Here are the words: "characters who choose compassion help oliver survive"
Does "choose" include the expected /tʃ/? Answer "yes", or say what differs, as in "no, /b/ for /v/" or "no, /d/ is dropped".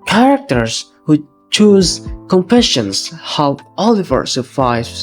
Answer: yes